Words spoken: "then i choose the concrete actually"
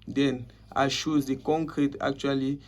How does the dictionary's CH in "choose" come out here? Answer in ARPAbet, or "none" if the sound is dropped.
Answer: SH